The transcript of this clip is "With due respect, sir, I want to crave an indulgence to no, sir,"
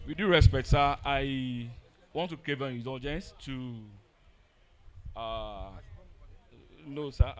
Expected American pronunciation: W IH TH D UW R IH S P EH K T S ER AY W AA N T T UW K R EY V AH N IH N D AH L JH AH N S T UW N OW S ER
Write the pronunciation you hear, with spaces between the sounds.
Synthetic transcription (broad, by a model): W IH D UW R IH S P EH K T S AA AY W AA N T T UW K EY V AH N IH N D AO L JH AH N S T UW N OW S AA